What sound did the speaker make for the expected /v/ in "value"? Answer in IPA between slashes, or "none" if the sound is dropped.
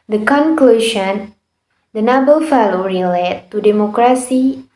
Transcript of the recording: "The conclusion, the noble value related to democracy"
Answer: /f/